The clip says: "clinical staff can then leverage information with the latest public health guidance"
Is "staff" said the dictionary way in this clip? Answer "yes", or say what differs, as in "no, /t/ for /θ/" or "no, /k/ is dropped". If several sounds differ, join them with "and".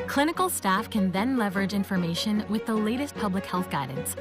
yes